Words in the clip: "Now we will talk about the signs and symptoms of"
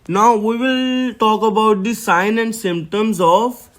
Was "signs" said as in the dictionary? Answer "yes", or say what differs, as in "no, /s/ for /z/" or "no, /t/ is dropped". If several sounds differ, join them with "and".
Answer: no, /z/ is dropped